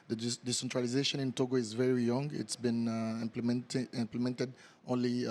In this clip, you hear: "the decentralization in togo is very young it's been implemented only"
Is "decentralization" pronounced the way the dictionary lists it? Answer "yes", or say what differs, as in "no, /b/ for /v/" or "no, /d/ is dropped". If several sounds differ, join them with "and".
yes